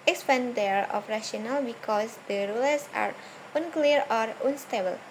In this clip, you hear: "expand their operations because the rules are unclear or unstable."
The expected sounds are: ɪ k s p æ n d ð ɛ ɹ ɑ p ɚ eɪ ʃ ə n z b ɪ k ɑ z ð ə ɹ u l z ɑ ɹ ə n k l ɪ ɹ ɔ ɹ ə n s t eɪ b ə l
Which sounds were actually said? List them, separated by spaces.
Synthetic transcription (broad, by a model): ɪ k s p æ n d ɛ ɹ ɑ f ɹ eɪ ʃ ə n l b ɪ k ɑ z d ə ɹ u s ɑ ɹ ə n k l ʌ ɹ ɔ ɹ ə n s t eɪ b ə l